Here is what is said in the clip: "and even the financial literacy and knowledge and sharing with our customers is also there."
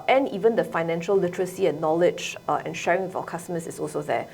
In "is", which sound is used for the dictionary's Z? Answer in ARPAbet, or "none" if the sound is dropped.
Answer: S